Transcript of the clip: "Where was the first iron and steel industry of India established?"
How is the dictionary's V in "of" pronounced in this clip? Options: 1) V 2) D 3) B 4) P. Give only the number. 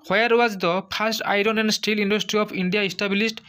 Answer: 4